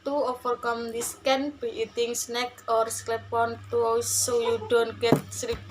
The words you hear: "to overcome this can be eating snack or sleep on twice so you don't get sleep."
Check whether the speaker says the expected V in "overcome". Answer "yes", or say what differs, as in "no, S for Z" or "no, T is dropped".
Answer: no, F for V